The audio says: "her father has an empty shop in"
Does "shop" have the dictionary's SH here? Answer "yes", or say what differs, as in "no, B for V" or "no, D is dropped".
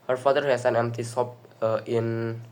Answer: no, S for SH